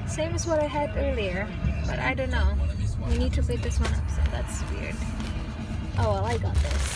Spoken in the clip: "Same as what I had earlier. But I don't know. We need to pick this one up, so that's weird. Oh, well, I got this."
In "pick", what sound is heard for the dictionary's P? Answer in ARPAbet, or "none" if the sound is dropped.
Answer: B